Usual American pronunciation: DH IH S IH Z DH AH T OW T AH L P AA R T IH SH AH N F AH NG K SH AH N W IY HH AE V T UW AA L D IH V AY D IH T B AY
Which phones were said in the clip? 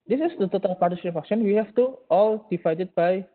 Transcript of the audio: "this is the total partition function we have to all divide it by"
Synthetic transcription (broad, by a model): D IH S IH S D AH T OW T AH L P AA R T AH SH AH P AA K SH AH N W IY HH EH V T UW AA L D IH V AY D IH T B AY